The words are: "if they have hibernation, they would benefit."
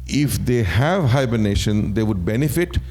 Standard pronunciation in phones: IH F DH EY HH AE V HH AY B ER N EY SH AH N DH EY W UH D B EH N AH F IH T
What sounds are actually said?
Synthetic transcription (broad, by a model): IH F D EY HH AE V HH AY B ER N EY SH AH N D EY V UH D B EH N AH F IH T